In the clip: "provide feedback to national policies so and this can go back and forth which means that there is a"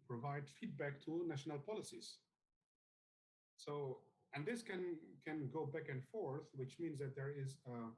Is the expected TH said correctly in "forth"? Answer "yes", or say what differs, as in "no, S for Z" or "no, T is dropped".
yes